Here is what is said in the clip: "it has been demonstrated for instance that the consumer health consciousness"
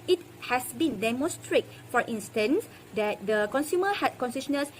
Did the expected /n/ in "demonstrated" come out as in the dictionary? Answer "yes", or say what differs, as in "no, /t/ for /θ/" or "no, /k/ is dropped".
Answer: no, /n/ is dropped